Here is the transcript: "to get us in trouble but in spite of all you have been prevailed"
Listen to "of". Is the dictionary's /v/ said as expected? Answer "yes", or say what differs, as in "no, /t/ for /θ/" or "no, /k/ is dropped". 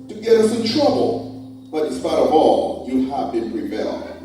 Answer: yes